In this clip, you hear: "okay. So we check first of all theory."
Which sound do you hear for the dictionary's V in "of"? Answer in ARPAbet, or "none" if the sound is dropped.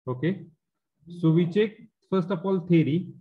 P